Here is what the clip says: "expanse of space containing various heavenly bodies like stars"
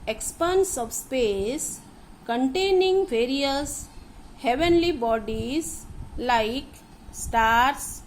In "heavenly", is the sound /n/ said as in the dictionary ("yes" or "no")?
yes